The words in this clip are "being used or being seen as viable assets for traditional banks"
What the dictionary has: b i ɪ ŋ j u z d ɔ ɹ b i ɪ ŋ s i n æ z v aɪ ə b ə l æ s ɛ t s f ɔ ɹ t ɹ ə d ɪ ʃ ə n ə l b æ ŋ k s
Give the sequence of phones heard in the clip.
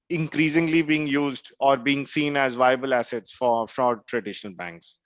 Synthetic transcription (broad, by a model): b i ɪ ŋ j u z d ɔ ɹ b i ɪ ŋ s i n æ z v aɪ ə b ə l æ s ɛ t s f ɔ ɹ t ɹ ə d ɪ ʃ ə n ə l b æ ŋ k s